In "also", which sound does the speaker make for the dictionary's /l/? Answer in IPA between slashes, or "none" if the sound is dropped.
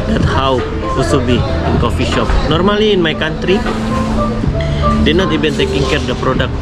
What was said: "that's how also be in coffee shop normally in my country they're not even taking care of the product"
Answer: none